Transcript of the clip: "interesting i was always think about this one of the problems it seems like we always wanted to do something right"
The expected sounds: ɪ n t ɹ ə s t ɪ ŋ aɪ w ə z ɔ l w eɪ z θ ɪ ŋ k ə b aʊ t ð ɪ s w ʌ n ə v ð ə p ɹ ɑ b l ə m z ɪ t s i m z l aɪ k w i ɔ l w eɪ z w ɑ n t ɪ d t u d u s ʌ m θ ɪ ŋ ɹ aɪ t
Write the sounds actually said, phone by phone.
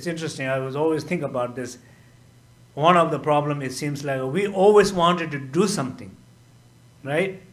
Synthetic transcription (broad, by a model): ɪ n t ɹ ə s t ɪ ŋ aɪ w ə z ɔ l w eɪ z t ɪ ŋ k ə b aʊ t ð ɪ s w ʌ n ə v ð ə p ɹ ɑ b l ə m ɪ t s i m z l aɪ k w i ɔ l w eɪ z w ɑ n t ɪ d t u d u s ʌ m t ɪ ŋ ɹ aɪ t